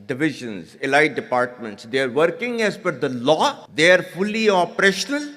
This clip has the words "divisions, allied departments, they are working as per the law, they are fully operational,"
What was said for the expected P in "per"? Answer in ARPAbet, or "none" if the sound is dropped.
F